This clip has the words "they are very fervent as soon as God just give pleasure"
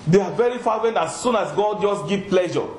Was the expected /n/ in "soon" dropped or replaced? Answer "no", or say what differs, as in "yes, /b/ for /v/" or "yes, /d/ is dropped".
no